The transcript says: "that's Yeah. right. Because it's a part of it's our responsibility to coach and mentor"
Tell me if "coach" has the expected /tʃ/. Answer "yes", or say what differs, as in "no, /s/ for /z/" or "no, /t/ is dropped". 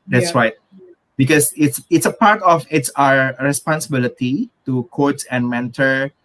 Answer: no, /s/ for /tʃ/